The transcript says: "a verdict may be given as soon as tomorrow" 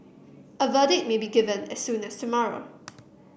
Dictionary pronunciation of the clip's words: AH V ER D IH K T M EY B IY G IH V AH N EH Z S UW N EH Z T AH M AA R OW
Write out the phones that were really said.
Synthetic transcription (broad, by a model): AH V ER D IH T M EY B IY G IH V AH N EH S UW N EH S T AH M AA R OW